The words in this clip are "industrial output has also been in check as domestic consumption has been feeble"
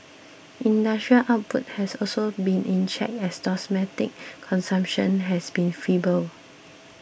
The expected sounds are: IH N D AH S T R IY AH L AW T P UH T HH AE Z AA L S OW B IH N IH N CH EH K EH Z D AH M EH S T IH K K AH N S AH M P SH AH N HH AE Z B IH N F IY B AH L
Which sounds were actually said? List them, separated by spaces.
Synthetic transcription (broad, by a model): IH N D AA S T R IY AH L AW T P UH T HH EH S AA L S OW B IH N IH N CH EH K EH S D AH M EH T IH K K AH N S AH M P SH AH N HH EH S B IH N F IY B AH L